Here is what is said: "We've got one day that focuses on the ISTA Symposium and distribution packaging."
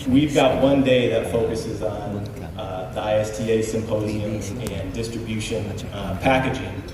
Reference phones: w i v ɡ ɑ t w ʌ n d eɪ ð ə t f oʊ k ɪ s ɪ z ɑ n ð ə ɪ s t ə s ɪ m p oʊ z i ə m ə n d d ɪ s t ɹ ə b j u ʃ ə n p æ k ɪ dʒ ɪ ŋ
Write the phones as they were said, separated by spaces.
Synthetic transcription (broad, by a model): w i v ɡ ɑ t w ʌ n d eɪ ð ə t f oʊ k ɪ s ɪ z n ð ə ɪ s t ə s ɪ m p oʊ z i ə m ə n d d ɪ s t ɹ ə b j u ʃ ə n p æ k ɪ dʒ ɪ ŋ